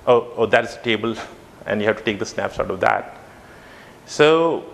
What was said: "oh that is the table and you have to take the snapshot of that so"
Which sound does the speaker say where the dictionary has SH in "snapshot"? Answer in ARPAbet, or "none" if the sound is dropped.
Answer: S